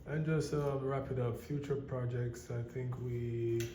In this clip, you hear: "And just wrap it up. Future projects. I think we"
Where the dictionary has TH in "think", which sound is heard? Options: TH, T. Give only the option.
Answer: TH